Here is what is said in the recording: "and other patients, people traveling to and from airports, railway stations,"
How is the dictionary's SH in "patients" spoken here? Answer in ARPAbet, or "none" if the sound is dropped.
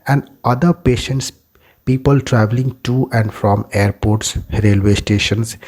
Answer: SH